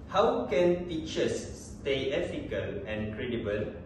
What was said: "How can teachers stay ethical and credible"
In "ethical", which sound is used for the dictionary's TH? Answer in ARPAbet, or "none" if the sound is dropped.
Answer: F